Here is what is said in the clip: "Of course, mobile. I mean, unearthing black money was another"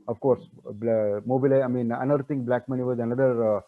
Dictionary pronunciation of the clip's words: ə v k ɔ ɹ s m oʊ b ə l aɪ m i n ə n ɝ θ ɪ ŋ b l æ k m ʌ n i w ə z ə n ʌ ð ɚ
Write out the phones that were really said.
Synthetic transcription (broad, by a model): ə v k ɔ ɹ s m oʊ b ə l aɪ m i n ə n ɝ t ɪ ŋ b l æ k m ʌ n i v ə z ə n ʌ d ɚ